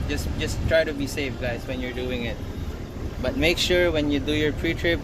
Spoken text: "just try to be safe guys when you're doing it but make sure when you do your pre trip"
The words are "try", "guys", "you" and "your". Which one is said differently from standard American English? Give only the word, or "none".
guys